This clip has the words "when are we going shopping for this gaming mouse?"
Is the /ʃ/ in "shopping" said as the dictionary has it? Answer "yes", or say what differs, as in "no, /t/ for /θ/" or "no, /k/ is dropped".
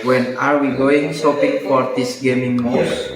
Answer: no, /s/ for /ʃ/